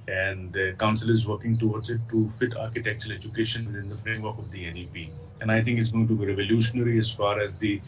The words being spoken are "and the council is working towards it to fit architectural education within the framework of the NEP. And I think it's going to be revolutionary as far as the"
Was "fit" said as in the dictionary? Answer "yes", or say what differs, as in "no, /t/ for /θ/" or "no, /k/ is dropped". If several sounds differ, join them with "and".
yes